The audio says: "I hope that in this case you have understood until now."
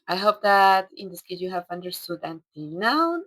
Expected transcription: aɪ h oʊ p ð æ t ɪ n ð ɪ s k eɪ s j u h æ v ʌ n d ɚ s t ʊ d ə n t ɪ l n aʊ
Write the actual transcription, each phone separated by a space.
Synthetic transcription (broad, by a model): aɪ h oʊ p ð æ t ɪ n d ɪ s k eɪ j u h æ v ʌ n d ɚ s t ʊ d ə n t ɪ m n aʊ